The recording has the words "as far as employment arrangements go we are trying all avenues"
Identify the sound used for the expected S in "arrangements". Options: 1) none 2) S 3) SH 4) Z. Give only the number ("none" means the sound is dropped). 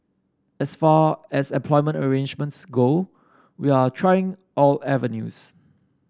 2